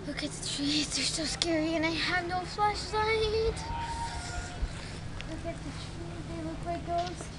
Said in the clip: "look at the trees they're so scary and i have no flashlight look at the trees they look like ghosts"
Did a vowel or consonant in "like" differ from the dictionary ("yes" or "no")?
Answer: yes